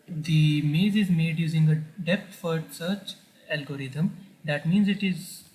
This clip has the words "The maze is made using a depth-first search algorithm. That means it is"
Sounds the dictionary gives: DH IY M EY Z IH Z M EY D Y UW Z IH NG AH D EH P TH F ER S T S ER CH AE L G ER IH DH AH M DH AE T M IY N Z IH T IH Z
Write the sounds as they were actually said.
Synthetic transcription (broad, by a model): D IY M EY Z IH Z M EY D Y UW Z IH NG AH D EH P T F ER T S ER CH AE L G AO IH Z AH M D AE T M IY N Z IH T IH Z